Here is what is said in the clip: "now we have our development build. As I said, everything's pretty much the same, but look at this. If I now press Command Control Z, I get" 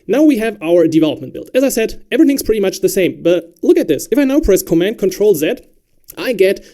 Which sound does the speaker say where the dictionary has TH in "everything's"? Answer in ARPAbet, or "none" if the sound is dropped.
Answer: TH